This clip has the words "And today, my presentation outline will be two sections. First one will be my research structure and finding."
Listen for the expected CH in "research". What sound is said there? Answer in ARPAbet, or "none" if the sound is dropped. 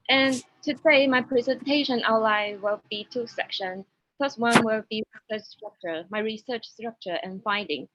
CH